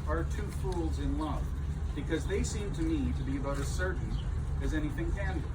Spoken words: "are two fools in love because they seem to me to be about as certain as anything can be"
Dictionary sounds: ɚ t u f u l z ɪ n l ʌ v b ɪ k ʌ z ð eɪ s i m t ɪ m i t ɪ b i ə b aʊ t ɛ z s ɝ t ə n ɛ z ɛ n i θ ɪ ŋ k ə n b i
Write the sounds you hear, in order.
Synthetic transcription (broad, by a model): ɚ t u f u l z ɪ n l ʌ v b ɪ k ʌ z ð eɪ s i m t ɪ m i t ɪ b i ə b aʊ t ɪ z s ɝ t n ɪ z ɛ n i θ ɪ ŋ k ə n